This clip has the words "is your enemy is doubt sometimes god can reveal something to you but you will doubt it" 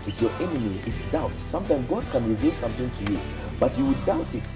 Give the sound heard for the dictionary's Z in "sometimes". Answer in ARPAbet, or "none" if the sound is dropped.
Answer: none